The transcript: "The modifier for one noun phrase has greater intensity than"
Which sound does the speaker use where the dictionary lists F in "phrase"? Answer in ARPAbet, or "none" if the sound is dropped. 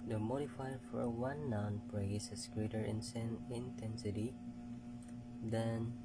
P